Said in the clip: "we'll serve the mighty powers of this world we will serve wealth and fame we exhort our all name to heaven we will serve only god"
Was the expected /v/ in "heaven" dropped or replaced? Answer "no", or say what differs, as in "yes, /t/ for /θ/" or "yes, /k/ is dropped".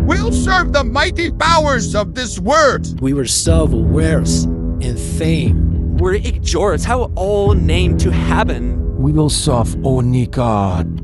yes, /p/ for /v/